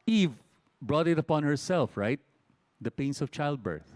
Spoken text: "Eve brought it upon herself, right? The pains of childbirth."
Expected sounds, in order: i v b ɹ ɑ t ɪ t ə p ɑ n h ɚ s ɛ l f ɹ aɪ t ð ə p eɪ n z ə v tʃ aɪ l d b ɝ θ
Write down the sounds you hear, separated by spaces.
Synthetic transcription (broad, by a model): i v b ɹ ɑ t ɪ t ə p ɑ n h ɚ s ɛ l f ɹ aɪ t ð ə p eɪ n s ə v tʃ aɪ l d b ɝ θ